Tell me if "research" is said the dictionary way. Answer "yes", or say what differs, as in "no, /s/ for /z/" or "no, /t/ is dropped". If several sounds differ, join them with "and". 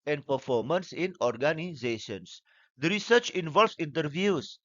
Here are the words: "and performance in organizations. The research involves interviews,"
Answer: yes